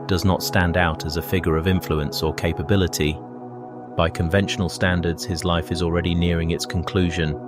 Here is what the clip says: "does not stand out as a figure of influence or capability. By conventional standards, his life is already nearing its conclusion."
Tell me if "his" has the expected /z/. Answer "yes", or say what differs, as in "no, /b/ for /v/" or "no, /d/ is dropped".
yes